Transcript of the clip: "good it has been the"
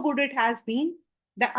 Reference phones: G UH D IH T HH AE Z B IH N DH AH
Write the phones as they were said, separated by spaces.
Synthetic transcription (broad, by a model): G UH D IH T HH AE Z B IH N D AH